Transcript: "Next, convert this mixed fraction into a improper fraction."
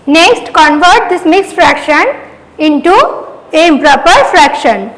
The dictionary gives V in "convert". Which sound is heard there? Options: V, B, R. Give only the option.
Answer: V